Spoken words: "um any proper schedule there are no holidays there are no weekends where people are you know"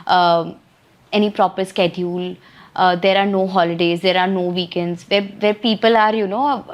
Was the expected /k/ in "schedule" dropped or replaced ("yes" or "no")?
no